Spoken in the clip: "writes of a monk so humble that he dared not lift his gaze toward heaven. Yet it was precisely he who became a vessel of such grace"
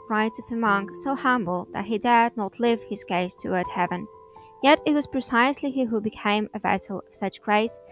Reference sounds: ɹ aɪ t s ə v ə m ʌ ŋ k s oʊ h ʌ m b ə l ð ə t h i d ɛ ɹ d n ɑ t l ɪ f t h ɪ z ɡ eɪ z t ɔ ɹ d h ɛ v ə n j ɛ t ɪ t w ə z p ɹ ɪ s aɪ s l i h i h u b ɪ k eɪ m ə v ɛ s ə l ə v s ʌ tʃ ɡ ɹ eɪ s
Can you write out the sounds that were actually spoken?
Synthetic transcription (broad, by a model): ɹ aɪ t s ə v ə m ʌ ŋ k s oʊ h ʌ m b l ð ə t h i d ɛ ɹ d n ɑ t l ɪ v h ɪ z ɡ eɪ s t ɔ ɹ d h ɛ v ə n j ɛ t ɪ t w ə z p ɹ ɪ s aɪ s l i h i h u b ɪ k eɪ m ə v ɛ s l ə v s ʌ tʃ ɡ ɹ eɪ s